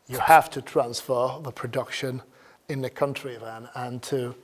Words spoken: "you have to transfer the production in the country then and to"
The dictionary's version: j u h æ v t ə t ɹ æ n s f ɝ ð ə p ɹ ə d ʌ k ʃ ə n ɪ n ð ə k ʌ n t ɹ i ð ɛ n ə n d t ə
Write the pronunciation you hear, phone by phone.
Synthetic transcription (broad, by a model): j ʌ h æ f t ə t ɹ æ n s f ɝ ð ə p ɹ ə d ʌ k ʃ ə n ɪ n ð ə k ʌ n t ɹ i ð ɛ n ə n t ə